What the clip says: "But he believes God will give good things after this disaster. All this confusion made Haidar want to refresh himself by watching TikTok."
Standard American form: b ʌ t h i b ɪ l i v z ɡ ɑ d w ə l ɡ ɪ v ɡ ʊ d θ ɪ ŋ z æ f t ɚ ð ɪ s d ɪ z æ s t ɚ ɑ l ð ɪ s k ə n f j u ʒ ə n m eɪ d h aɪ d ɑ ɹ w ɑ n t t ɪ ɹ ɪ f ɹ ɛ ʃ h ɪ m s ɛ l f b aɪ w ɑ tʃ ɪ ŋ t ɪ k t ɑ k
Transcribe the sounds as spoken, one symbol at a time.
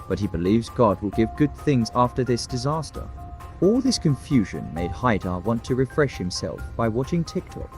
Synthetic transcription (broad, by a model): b ʌ t h i b ɪ l i v z ɡ ɑ d w ə l ɡ ɪ v ɡ ʊ d θ ɪ ŋ z æ f t ɚ ð ɪ s d ɪ z æ s t ɚ ɑ l ð ɪ s k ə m f j u ʒ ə n m eɪ d h aɪ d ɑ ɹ w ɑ n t t ɪ ɹ ɪ f ɹ ɛ ʃ h ɪ m s ɛ l f b aɪ w ɑ tʃ ɪ ŋ t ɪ k t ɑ k